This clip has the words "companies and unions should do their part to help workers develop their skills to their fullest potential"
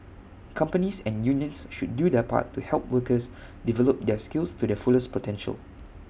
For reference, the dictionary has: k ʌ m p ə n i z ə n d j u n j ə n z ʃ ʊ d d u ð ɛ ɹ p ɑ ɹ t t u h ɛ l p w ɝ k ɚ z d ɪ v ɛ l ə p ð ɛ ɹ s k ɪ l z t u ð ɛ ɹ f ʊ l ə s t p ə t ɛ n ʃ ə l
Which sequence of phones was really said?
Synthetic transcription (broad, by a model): k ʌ m p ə n i s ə n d j u n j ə n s ʃ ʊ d d u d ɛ p ɑ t t u h ɛ l p w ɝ k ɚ s d ɪ v ɛ l ə p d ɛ s k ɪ l s t u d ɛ f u l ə s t p ə t ɛ n ʃ ə l